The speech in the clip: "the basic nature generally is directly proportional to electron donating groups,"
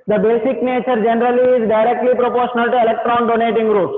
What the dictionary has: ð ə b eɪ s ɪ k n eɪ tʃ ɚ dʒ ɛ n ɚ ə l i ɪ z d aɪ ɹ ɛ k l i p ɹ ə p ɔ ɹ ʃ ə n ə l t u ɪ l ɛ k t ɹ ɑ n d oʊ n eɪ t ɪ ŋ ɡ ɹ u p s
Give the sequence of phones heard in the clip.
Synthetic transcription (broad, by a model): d ə b eɪ s ɪ k n eɪ tʃ ɚ dʒ ɛ n ɚ ə l i ɪ z d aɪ ɹ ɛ k l i p ɹ ə p ɔ ɹ ʃ ə n ə l t u ɪ l ɛ k t ɹ ɑ n d oʊ n eɪ t ɪ ŋ ɡ ɹ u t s